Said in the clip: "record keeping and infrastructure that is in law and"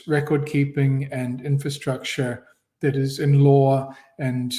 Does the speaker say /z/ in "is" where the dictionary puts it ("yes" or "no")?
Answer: yes